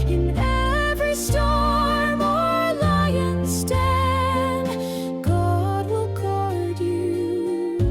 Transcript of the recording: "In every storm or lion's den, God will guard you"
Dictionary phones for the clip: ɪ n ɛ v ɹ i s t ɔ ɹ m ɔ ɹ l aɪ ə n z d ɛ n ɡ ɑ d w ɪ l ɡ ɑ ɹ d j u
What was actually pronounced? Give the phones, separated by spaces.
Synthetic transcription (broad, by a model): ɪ n ɛ v ɹ i s t ɔ ɹ m ɔ ɹ l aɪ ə n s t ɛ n ɡ ɑ d w ɪ l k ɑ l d j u